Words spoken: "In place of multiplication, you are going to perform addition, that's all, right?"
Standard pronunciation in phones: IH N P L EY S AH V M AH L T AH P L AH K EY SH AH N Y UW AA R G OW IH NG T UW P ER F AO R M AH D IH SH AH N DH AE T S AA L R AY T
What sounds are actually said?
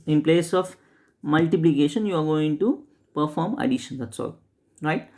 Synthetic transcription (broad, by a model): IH N P L EY S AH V M AH L T AH P L AH K EY SH AH N Y UW AA R G OW IH NG T UW P ER F AO R M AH D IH SH AH N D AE T S AA L R AY T